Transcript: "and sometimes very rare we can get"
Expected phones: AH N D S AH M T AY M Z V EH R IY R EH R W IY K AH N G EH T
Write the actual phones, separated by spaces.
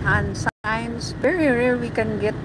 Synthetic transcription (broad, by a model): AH N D S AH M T AY M S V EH R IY R EH R W IY K AH N G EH T